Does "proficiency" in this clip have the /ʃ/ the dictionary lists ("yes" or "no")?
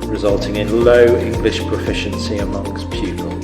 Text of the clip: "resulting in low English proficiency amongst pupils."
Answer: yes